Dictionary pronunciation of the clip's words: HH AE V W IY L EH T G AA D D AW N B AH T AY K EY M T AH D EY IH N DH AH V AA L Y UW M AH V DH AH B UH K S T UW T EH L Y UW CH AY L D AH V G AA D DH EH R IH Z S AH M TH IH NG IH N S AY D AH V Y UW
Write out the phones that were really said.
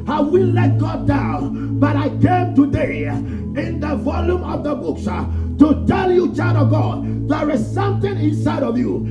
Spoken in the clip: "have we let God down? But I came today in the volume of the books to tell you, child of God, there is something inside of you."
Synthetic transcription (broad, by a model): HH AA W IY L EH T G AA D D AW N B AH T AY K EY M T AH D EY IH N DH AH V AA L Y UW M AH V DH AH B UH K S T UW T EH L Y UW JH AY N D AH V G AA D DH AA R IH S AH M T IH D IH N S AY D AH V Y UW